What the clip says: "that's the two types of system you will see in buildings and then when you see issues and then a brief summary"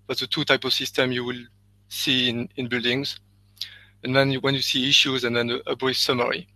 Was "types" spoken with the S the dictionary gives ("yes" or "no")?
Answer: no